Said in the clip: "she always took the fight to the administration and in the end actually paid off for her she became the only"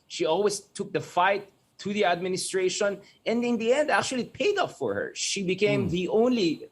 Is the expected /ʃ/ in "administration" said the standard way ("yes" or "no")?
yes